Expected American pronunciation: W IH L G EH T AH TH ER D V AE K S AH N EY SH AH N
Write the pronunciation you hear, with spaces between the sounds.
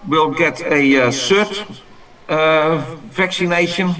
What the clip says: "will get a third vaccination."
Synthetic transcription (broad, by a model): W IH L G EH T AH S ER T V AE K S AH N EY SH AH N